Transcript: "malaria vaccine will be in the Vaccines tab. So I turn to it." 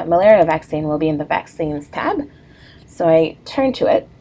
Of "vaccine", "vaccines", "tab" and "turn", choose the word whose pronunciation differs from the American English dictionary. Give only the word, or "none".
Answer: none